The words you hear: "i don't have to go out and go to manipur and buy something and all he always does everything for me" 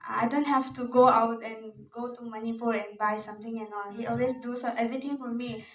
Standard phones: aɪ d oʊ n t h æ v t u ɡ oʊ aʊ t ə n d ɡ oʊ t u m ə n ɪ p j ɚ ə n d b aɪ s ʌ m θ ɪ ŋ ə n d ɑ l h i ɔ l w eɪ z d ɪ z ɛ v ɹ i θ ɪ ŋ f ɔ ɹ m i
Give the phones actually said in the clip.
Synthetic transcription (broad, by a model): aɪ d oʊ n t h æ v t u ɡ oʊ aʊ t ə n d ɡ oʊ t u m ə n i p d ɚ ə n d b aɪ s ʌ m t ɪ ŋ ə n ɑ l h i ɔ l w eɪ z d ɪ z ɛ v ɹ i t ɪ ŋ f ɔ ɹ m i